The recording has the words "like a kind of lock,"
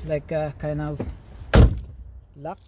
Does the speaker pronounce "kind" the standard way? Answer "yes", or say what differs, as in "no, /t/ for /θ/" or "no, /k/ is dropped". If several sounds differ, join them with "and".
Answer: no, /d/ is dropped